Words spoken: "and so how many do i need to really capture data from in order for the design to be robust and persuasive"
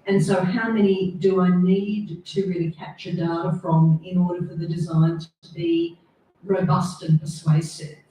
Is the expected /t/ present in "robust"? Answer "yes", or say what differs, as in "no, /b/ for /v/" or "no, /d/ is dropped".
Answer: yes